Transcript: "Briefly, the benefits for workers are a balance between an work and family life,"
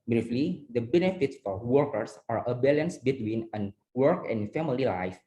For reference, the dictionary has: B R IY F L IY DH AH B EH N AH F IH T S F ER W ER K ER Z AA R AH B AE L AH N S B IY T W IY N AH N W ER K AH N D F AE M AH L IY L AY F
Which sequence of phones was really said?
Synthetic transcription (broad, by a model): B R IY F L IY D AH B EH N AH F IH T S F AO W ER K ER S AA R AH B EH L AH N S B IY T W IY N AH N W ER K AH N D F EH M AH L IY L AY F